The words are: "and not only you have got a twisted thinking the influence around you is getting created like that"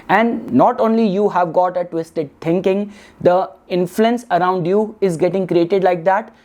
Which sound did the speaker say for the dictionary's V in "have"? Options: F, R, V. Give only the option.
V